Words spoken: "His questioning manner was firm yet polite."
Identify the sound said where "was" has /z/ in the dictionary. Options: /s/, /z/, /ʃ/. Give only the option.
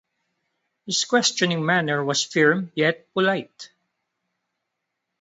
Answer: /s/